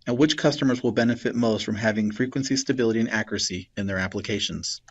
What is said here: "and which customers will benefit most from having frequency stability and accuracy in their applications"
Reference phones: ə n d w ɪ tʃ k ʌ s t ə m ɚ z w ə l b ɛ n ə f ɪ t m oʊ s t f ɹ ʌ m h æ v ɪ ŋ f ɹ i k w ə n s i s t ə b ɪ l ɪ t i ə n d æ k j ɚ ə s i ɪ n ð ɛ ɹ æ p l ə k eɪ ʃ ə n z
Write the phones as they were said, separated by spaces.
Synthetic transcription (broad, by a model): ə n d w ɪ tʃ k ʌ s t ə m ɚ z w ə l b ɛ n ə f ɪ t m oʊ s t f ɹ ʌ m h æ v ɪ ŋ f ɹ i k w ə n s i s t ə b ɪ l ɪ t i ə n æ k j ɚ ə s i ɪ n ð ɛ ɹ æ p l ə k eɪ ʃ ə n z